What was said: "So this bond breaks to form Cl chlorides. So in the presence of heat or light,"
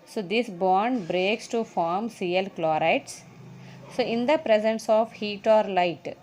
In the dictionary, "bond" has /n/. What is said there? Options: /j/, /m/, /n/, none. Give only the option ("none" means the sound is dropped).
/n/